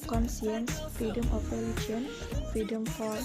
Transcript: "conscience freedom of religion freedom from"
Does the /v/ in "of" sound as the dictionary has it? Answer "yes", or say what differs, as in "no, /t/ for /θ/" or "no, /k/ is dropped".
no, /p/ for /v/